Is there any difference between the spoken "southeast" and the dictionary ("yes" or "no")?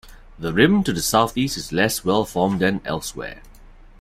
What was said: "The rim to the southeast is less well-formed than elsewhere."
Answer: no